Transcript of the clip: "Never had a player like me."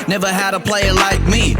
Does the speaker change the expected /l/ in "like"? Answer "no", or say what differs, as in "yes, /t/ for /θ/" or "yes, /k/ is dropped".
no